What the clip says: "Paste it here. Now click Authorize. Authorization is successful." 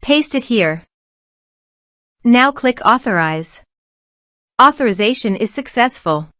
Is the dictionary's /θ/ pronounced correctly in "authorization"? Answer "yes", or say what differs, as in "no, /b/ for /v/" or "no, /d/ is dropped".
yes